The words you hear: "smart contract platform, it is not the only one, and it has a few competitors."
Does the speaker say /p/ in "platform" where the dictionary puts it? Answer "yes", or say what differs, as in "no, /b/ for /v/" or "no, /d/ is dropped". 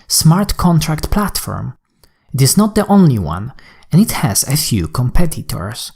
yes